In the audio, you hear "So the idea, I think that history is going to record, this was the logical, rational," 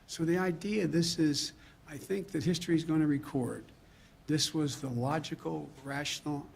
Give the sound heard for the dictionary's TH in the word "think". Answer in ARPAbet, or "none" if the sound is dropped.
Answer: TH